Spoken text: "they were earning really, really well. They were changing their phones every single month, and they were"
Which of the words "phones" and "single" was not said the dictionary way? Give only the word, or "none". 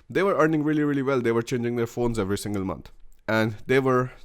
none